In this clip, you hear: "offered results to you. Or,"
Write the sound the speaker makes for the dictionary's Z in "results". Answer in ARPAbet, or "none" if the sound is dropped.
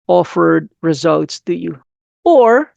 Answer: Z